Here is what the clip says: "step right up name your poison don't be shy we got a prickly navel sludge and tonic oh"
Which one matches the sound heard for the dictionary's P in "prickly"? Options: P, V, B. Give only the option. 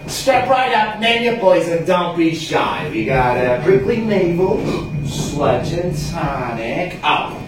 B